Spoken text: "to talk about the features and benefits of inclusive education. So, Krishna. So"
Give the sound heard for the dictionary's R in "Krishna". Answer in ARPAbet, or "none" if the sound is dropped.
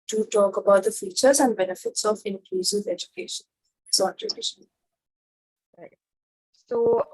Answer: none